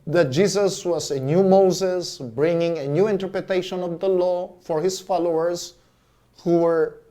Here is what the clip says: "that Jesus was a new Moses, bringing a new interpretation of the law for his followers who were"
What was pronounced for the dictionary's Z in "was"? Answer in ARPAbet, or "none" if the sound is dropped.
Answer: S